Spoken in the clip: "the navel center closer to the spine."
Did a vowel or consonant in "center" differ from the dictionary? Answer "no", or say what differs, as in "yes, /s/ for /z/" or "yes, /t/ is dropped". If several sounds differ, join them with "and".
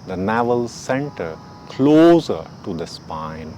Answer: no